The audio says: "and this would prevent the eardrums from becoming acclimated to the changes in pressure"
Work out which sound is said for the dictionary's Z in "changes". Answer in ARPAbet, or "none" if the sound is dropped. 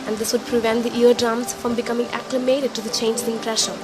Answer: none